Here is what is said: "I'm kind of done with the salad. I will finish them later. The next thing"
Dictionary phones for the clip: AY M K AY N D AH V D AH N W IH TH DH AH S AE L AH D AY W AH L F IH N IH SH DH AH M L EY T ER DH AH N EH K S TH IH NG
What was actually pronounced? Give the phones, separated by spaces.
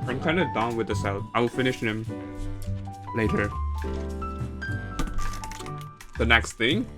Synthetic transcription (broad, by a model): AY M K AY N D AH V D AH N W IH DH AH S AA AH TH AY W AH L F IH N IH SH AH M L EY T ER DH AH N EH K S TH IH NG